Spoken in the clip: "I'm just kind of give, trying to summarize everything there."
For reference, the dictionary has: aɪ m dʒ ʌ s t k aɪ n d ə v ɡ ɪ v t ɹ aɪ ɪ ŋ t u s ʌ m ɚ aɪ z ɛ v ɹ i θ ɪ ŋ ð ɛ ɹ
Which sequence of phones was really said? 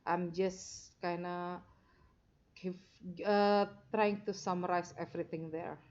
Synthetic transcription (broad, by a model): aɪ m dʒ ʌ s k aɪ n ə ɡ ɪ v t ɹ aɪ ɪ ŋ t u s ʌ m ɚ aɪ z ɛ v ɹ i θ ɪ ŋ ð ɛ ɹ